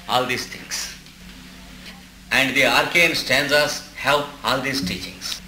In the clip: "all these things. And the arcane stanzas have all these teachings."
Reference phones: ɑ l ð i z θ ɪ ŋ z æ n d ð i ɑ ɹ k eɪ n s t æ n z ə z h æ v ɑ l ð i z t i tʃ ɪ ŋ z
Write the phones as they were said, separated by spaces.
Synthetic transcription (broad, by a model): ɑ l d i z t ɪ ŋ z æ n d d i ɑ ɹ k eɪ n s t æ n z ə s h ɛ p ɑ l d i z t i tʃ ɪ ŋ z